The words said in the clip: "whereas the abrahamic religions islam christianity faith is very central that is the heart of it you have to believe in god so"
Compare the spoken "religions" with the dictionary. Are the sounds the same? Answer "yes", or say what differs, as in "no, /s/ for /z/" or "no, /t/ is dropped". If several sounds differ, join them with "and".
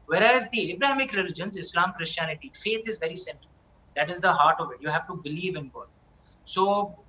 yes